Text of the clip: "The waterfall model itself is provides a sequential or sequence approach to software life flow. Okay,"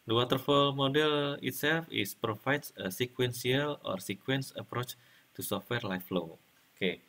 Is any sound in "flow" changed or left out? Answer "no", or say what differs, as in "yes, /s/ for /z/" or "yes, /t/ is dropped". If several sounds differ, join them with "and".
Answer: no